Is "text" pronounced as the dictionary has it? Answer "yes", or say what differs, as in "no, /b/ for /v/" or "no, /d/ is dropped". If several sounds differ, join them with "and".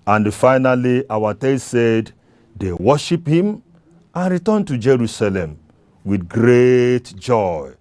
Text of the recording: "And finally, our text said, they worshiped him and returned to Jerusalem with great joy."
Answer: no, /k/ is dropped